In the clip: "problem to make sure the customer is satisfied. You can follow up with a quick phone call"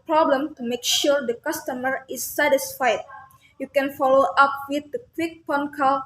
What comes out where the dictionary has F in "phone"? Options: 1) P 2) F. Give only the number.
1